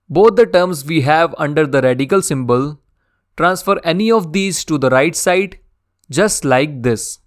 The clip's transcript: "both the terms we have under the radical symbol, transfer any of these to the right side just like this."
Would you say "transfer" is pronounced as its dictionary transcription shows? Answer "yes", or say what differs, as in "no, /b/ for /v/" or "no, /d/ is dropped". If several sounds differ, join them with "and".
yes